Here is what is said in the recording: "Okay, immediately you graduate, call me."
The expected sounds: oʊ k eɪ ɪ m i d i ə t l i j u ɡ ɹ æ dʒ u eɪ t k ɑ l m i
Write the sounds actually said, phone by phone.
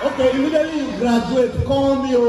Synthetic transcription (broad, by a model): oʊ k eɪ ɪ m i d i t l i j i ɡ ɹ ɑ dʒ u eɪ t k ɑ w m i